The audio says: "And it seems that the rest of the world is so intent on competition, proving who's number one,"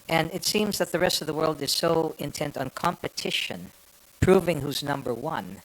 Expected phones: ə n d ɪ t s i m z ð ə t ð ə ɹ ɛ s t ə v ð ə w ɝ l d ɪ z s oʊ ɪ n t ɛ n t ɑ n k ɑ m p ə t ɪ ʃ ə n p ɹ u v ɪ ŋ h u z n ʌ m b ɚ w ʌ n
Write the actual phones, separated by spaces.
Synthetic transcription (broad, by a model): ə n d ɪ t s i m z ð ə t ð ə ɹ ɛ s t ə v ð ə w ɝ l d ɪ z s oʊ ɪ n t ɛ n t n k ɑ m p ə t ɪ ʃ ə n p ɹ u v ɪ ŋ h u z n ʌ m b ɚ w ʌ n